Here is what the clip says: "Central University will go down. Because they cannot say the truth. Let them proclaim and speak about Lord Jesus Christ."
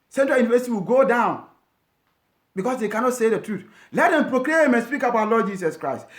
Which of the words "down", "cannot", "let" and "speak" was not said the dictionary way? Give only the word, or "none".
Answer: none